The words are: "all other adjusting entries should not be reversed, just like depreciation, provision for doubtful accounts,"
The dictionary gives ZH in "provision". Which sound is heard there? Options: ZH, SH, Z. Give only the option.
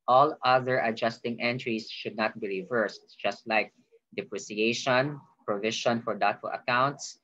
SH